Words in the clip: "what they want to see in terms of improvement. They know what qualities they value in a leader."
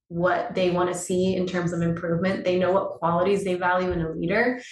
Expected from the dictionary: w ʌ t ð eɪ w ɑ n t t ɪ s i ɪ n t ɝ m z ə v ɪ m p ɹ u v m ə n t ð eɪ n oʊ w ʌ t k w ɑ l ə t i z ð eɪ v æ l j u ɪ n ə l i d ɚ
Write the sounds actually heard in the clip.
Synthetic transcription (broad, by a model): w ʌ t ð eɪ w ɑ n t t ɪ s i ɪ n t ɝ m z ə v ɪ m p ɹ u v m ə n ð eɪ n oʊ w ʌ t k w ɑ l ə t i z ð eɪ v æ l j u ɪ n ə l i d ɚ